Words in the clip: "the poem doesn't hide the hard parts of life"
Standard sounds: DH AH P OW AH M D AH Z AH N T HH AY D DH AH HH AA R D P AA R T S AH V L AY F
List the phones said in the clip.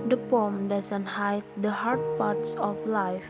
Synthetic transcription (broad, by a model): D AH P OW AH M D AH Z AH N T HH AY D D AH HH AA R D P AA R T S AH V L AY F